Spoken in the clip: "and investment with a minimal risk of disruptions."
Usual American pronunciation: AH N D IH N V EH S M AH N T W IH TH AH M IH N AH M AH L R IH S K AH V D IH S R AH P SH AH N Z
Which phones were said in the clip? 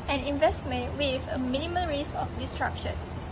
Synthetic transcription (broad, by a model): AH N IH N V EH S M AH N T W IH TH AH M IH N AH M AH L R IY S AH F D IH S R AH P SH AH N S